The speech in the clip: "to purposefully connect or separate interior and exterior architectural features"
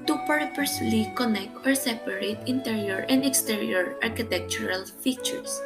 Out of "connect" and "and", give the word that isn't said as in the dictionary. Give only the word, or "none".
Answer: none